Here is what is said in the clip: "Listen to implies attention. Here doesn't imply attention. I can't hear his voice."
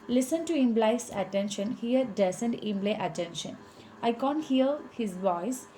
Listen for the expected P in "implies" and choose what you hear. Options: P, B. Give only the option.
B